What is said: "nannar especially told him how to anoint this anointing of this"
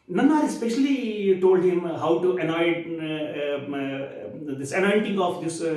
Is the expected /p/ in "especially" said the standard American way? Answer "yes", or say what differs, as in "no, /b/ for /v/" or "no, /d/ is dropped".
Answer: yes